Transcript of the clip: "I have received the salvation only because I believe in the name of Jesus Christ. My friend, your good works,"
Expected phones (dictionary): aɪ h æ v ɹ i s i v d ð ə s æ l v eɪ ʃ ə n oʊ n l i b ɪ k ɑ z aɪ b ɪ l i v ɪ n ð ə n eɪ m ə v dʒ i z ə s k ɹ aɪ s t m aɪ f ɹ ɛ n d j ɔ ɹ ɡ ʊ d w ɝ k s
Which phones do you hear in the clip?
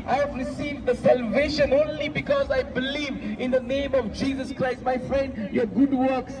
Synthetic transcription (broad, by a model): aɪ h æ v ɹ i s i v d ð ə s æ l v eɪ ʃ ə n oʊ n l i b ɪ k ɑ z aɪ b ɪ l i v ɪ n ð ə n eɪ m ə v dʒ i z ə s k ɹ aɪ s t m aɪ f ɹ ɛ n d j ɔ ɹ ɡ ʊ d w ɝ k s